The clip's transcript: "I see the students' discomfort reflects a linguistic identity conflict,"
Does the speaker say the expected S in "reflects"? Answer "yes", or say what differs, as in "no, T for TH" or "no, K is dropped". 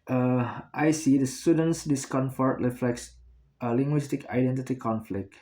yes